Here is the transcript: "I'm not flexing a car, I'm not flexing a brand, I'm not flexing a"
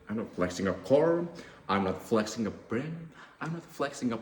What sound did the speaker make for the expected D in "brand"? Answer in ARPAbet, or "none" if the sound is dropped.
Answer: none